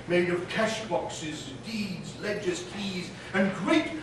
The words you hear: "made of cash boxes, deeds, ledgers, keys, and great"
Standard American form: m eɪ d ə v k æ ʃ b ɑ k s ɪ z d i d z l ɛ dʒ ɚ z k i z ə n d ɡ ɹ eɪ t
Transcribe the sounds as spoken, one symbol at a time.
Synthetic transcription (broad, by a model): m eɪ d ə v k æ ʃ b ɑ k s ɪ z d i d z l ɛ dʒ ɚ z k i z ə n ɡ ɹ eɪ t